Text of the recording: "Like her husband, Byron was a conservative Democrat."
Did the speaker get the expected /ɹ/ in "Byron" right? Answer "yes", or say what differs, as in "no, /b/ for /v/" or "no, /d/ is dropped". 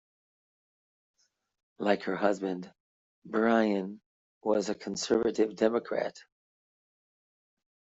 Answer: no, /ɹ/ is dropped